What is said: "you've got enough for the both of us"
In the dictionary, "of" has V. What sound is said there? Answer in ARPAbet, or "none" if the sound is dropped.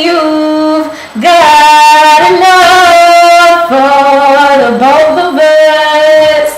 B